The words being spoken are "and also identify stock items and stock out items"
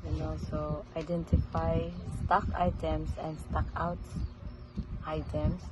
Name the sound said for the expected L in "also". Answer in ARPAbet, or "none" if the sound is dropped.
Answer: none